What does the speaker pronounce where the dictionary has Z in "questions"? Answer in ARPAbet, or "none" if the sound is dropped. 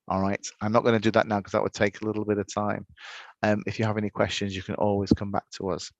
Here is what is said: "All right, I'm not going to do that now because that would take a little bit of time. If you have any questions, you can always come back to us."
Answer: Z